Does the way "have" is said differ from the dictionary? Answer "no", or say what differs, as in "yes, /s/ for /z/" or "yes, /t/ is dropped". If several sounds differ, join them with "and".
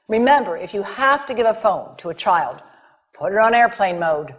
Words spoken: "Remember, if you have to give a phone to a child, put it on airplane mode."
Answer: yes, /f/ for /v/